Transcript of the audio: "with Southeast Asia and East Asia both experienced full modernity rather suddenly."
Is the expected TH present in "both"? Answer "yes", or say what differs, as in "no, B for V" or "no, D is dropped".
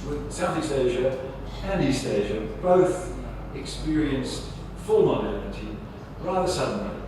yes